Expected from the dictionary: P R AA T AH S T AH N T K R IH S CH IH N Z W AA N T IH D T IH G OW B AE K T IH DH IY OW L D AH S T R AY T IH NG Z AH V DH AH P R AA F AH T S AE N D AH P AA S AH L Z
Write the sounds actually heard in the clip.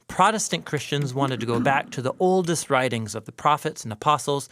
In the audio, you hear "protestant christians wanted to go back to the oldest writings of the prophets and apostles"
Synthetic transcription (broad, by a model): P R AA T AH S T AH N K R IH S CH IH N Z W AA N T IH D T IH G OW B AE K T IH DH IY OW L D AH S T R AY T IH NG Z AH V DH AH P R AA F AH T S N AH P AA S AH L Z